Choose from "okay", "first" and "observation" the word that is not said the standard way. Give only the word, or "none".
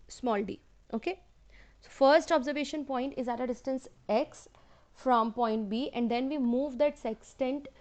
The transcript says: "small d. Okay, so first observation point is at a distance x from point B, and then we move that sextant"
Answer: none